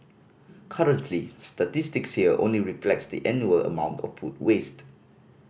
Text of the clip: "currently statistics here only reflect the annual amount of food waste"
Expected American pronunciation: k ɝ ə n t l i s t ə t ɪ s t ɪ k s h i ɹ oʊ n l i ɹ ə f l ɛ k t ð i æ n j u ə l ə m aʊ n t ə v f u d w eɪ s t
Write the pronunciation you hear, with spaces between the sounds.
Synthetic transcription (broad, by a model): k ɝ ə n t l i s t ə t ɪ s t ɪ k s h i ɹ oʊ n l i ɹ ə f l ɛ k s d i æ n j u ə l ə m aʊ n t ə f u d w eɪ s t